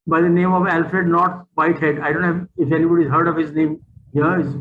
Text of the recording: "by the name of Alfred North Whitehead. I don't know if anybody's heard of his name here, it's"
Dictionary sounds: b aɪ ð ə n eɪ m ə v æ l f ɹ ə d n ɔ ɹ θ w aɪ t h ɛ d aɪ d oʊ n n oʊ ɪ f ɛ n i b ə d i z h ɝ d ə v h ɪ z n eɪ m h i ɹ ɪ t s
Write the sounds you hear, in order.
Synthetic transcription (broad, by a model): b aɪ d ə n eɪ m ə v æ l f ɹ ə d n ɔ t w aɪ t h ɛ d aɪ d oʊ n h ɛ ɪ f ɛ n i b ə d i z h ɝ d ə v h ɪ z n eɪ m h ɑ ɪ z